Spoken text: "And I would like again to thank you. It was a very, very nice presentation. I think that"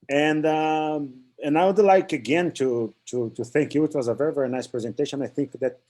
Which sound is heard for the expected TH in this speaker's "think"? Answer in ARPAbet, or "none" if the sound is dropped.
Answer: TH